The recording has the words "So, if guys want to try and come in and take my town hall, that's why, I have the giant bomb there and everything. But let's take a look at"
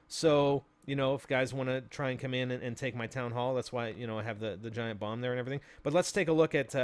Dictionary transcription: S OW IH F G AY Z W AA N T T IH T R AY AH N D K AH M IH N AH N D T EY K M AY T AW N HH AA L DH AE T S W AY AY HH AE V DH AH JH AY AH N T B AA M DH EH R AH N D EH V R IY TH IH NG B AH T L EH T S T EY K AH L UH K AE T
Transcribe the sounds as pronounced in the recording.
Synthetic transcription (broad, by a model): S OW IH F G AY Z W AA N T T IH T R AY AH N K AH M IH N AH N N T EY K M AY T AW N HH AA L DH AE T S W AY AY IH V DH AH JH AY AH N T B AA M DH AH R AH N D EH V R IY TH IH NG B AH T L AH T S T EY K AH L UH K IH T